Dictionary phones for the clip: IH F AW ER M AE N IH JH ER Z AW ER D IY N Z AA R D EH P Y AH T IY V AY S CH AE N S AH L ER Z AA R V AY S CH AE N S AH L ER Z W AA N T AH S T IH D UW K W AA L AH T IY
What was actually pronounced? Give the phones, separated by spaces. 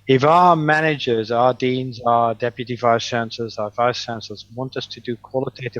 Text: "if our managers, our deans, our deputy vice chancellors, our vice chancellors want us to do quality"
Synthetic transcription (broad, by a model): IH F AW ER M AE N IH JH ER Z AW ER D IY N Z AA D EH P Y AH T IY V AY S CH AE N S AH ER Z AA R V AY S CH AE N S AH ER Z W AA N T AH S T IH D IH K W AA L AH T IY